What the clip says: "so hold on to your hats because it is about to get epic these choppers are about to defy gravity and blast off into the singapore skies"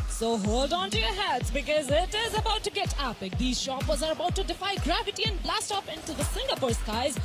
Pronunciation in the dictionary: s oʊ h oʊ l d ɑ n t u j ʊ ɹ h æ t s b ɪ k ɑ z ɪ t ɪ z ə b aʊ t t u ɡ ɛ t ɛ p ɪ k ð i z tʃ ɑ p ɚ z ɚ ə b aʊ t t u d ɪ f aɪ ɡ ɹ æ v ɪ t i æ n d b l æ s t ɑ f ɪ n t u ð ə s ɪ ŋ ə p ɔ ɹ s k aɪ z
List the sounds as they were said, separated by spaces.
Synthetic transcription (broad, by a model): s oʊ h oʊ l d ɑ n t u j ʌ ɹ h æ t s b ɪ k ɑ z ɪ t ɪ z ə b aʊ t t u ɡ ɛ t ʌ p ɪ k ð i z ʃ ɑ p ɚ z ɚ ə b aʊ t t u d ɪ f aɪ ɡ ɹ æ v ɪ t i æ n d b l æ s t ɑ p ɪ n t u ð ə s ɪ ŋ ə p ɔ ɹ s k aɪ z